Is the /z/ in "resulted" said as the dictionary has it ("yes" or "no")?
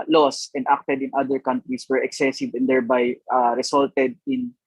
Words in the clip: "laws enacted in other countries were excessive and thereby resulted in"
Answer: no